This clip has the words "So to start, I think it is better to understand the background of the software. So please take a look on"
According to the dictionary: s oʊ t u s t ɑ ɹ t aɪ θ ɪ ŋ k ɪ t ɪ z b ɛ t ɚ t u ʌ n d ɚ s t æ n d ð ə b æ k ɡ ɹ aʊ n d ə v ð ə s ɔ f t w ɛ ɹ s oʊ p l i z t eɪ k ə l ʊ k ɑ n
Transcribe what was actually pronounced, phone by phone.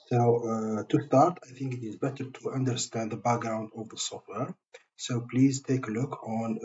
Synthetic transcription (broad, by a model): s oʊ t u s t ɑ ɹ t aɪ θ ɪ ŋ k ɪ t ɪ z b ɛ t ɚ t u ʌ n d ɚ s t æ n d ð ə b æ k ɡ ɹ aʊ n d ə v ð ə s ɔ f t w ɛ ɹ s oʊ p l i z t eɪ k ə l ʊ k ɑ n